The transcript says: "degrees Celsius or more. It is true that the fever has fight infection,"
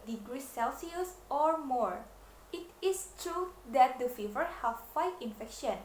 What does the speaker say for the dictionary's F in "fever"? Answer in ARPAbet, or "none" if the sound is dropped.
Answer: F